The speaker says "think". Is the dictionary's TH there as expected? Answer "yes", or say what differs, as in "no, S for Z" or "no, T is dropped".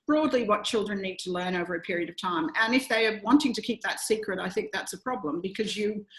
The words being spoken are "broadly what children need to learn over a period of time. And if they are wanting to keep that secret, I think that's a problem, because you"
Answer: yes